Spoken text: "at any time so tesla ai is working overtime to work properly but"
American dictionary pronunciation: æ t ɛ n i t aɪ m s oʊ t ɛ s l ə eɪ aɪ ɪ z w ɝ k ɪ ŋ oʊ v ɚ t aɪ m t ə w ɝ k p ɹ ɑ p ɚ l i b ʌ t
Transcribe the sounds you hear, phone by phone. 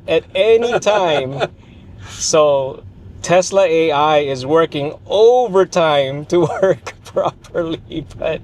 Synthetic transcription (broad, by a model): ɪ t ɛ n i t aɪ m s oʊ t ɛ s l ə eɪ aɪ ɪ z w ɝ k ɪ ŋ oʊ v ɚ t aɪ m t ə w ɝ k p ɹ ɑ p ɚ l i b ʌ t